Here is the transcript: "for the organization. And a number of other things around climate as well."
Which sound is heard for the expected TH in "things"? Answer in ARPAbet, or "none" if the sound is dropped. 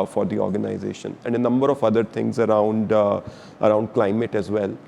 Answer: T